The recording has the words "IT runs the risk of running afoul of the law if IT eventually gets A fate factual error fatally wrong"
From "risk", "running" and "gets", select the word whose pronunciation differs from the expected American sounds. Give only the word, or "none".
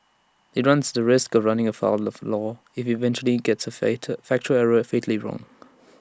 none